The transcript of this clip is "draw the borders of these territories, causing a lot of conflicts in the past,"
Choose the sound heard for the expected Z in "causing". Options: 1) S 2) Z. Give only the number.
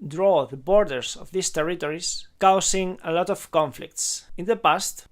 1